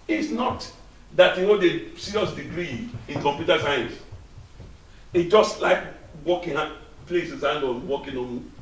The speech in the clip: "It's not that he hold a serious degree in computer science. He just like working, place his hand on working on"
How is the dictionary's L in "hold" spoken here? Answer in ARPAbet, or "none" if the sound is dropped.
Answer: none